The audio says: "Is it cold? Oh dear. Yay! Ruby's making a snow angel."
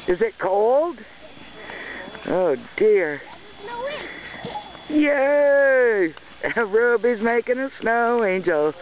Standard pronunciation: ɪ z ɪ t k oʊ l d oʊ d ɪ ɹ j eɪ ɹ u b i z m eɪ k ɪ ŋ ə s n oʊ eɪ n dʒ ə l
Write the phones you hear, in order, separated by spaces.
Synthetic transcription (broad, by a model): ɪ z ɪ t k oʊ l d oʊ d ɪ ɹ j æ ɹ u b i z m eɪ k ɪ ŋ ə s n oʊ eɪ n dʒ l